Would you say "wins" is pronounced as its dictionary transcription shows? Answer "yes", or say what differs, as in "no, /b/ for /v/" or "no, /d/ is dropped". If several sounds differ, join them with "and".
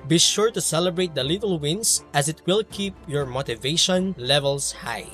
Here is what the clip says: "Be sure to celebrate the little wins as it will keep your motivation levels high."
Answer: no, /s/ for /z/